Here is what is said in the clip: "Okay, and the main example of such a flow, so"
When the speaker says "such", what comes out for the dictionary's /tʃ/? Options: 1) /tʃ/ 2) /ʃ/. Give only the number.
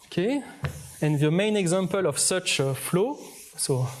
1